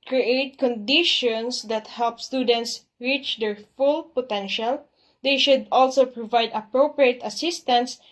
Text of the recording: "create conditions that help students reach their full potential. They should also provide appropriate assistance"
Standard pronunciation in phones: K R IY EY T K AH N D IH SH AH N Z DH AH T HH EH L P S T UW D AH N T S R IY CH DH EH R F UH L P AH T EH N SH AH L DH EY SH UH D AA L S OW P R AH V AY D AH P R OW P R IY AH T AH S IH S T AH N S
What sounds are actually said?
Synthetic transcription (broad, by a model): K R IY EY T K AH N D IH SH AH N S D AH T HH EH L P S T UW D AH N T S R IY CH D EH R F UH L P AH T EH N SH AH L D EY SH UH D AA L S OW P R AH V AY D AH P R OW P R IY AH T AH S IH S T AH N S